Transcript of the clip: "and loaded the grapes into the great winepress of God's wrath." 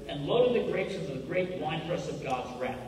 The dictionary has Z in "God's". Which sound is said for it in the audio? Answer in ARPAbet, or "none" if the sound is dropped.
Z